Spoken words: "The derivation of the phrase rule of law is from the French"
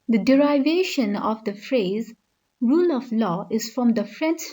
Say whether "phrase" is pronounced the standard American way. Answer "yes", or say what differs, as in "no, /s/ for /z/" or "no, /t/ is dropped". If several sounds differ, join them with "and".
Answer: yes